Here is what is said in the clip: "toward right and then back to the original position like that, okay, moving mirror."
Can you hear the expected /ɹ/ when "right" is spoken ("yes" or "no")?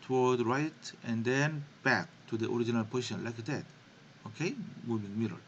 yes